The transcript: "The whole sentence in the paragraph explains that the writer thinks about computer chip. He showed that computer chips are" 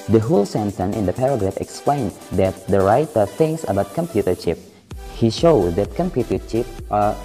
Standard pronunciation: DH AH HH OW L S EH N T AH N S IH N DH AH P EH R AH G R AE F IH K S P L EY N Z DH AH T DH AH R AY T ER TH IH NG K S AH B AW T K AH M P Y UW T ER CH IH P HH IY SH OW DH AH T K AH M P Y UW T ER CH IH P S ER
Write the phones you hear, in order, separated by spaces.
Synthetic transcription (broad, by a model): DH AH HH OW L S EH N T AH N IH N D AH P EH R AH G R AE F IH K S P L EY N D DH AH T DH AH R AY T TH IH NG S AH B AW T K AH M P Y UW T ER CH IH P HH IY SH OW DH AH T K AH M P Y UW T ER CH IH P ER